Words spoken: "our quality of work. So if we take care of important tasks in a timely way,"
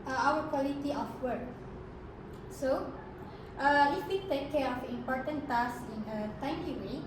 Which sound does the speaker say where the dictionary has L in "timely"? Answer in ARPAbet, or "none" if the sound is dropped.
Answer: none